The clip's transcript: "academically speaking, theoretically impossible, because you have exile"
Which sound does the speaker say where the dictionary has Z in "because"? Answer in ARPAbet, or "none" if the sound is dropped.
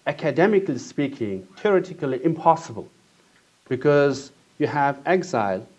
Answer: Z